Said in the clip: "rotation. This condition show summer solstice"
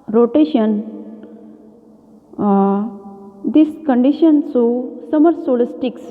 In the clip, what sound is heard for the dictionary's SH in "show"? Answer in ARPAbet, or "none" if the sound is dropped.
S